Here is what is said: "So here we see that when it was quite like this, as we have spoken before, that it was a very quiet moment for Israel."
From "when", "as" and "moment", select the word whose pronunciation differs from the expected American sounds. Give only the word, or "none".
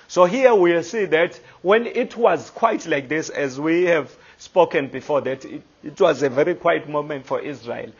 none